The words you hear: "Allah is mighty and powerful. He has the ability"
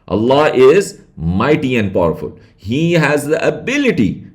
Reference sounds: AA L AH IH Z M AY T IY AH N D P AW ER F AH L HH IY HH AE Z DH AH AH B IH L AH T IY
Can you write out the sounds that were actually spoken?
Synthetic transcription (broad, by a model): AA L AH IH Z M AY T IY AH N D P AW ER F AH L HH IY HH AE Z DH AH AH B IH L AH T IY